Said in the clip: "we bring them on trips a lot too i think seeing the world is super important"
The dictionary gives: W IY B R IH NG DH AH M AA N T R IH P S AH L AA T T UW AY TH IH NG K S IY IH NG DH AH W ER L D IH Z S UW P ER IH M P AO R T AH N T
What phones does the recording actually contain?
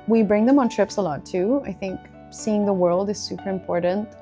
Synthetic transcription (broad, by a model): W IY B R IH NG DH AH M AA N T R IH P S AH L AA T T UW AY TH IH NG K S IY IH NG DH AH W ER L D IH Z S UW P ER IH M P AO R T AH N T